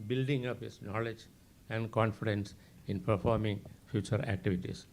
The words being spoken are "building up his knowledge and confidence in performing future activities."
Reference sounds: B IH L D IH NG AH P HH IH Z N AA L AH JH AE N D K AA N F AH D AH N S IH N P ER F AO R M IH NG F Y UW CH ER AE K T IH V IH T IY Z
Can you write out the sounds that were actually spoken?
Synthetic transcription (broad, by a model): B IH L D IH NG AH P HH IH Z N AA L AH JH AE N D K AA N F AH D AH N S IH N P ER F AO R M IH NG F Y UW CH ER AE K T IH V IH T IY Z